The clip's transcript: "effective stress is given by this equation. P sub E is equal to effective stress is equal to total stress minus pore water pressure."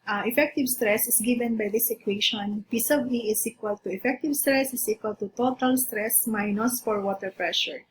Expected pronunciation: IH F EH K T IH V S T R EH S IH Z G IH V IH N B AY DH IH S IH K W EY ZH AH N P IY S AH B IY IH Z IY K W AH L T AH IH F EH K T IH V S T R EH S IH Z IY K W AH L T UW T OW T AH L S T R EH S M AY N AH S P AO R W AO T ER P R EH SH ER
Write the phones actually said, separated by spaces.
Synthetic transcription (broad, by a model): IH F EH K T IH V S T R EH S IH S G IH V IH N B AY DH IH S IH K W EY SH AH N P IY S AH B IY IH S IY K W AH L T AH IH F EH K T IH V S T R EH S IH S IY K W AH L T UW T OW T AH L S T R EH S M AY N AH S F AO R W AO T ER P R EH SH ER